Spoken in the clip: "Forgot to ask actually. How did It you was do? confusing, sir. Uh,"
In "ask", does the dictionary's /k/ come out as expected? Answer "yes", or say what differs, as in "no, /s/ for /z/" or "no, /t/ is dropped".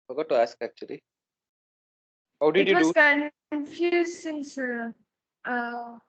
yes